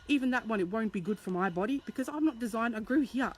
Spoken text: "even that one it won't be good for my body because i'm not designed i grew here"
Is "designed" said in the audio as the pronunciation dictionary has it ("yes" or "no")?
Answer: yes